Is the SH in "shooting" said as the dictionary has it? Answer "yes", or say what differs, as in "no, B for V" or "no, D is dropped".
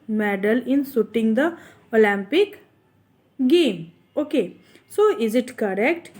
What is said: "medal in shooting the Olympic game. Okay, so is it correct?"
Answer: no, S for SH